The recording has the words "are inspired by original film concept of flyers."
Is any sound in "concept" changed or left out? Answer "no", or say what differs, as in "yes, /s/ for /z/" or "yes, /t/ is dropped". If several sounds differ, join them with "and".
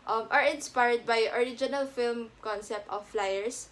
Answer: no